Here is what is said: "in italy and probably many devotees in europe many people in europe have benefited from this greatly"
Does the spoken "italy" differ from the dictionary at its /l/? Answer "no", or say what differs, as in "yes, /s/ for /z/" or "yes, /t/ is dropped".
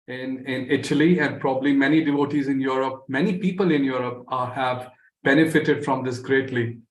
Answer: no